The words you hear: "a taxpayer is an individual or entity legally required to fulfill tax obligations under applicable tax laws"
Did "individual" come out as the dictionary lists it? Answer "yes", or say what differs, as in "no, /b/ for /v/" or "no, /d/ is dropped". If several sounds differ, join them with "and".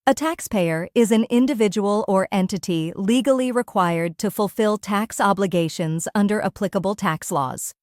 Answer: yes